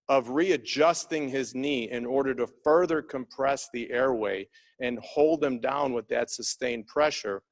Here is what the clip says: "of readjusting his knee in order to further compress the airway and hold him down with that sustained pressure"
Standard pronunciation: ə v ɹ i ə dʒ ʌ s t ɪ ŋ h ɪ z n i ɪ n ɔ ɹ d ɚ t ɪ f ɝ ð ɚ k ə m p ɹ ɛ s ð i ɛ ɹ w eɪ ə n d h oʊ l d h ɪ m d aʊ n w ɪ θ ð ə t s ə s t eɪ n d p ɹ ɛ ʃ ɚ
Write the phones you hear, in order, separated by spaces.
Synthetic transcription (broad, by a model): ə v ɹ i ə dʒ ʌ s t ɪ ŋ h ɪ z n i ɪ n ɔ ɹ d ɚ t ɪ f ɝ ð ɚ k ə m p ɹ ɛ s ð i ɛ ɹ w eɪ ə n h oʊ l d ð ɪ m d aʊ n w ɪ ð ə t s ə s t eɪ n p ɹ ɛ ʃ ɚ